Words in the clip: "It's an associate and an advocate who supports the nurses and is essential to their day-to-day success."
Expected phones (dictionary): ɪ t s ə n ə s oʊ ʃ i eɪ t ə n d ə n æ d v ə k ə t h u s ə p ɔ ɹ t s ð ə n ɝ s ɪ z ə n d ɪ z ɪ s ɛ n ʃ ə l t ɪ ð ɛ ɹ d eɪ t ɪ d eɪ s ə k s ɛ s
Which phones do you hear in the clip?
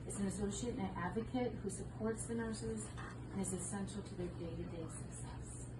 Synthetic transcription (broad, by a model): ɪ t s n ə s oʊ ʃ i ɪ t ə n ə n æ d v ə k ə t h u s ə p ɔ ɹ t s ð ə n ɝ s ɪ z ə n ɪ z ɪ s ɛ n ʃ l t ɪ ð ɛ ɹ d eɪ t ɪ d eɪ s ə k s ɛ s